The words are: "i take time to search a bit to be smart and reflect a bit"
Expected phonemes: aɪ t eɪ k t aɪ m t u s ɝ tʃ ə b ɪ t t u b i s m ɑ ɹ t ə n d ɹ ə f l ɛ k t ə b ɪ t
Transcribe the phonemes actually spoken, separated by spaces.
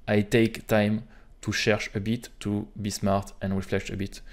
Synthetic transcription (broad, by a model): aɪ t eɪ k t aɪ m t u ʃ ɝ ʃ ə b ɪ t t u b i s m ɑ ɹ t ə n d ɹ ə f l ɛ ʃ ə b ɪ t